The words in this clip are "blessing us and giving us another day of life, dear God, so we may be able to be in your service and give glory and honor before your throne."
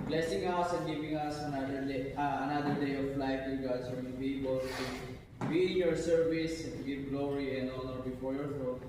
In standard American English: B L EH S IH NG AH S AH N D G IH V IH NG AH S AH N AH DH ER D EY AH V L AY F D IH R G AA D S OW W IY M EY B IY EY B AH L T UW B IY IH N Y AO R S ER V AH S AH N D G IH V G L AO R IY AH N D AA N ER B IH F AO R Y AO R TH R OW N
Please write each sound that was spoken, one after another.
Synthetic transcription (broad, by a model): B L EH S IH NG AH S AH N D G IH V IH NG AH S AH N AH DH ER D EY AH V L AY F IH G AA D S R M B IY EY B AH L T UW B IY IH N Y AO R S ER V AH S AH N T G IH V G L AO R IY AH N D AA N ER B IH F AO R Y AO R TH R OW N